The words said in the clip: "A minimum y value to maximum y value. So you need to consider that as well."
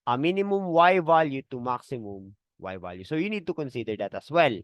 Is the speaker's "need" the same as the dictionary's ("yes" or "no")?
yes